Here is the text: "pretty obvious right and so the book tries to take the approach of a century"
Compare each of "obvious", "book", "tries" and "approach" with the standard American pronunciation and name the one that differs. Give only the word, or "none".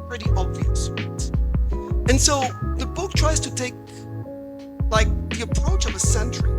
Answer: none